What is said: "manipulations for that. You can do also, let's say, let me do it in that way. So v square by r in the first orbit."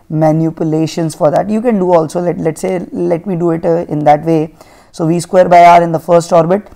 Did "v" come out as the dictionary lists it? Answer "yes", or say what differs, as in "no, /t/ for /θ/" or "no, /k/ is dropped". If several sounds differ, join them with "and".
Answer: yes